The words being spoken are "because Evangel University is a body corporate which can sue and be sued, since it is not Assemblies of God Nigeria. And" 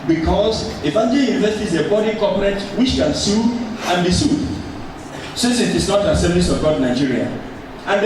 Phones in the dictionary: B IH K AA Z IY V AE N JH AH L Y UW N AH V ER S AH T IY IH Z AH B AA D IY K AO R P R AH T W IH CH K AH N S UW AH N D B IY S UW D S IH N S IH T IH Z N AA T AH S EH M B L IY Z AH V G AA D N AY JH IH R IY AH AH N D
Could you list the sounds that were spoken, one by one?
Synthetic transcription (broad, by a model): B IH K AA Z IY F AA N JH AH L Y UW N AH V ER S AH T IY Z AH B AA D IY K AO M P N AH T W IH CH K AH N S UW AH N B IY S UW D S IH N S IH T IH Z N AA T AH S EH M L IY S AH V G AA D N AY JH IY R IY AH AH N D